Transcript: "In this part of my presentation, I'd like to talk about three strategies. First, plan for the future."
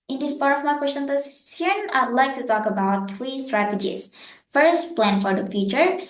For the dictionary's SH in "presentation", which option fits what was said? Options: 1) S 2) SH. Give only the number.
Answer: 1